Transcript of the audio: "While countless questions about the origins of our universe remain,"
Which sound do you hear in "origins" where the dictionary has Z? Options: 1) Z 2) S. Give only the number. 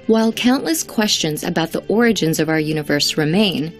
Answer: 1